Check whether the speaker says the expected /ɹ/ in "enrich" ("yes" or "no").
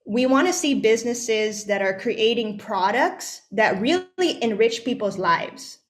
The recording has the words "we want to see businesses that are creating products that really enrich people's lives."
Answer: yes